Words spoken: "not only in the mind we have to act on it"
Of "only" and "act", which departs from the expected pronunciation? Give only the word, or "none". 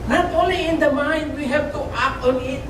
act